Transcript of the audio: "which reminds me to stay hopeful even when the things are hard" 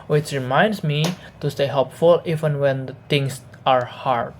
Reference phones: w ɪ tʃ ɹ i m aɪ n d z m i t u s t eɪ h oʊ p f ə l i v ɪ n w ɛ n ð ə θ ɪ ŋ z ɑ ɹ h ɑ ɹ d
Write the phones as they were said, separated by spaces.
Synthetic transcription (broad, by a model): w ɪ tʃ ɹ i m aɪ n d s m i t u s t eɪ h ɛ p f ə l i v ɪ n w ɛ n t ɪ ŋ s ɑ ɹ h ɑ ɹ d